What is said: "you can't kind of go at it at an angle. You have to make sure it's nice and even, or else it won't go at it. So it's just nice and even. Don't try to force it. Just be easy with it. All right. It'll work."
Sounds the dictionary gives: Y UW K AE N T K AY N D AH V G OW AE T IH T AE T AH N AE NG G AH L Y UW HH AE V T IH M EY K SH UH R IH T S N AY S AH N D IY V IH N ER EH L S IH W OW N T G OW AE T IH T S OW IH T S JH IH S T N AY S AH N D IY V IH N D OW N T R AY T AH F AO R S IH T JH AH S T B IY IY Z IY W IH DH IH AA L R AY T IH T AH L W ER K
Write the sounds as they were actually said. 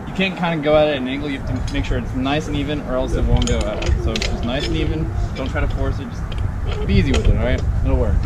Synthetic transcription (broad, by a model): Y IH K AE N K AY N D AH G OW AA IH T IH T AH N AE NG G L Y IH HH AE F T IH M EY K SH UH R IH T S N AY S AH N IY V IH N ER EH L S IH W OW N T G OW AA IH T S OW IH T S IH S N AY S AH N IY V IH N D OW N T R AY T AH F AO R S IH T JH AH S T B IY IY Z IY W IH DH IH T R AY T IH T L W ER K